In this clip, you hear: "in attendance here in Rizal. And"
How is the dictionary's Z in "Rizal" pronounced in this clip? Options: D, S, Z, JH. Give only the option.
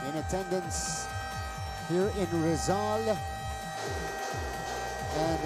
Z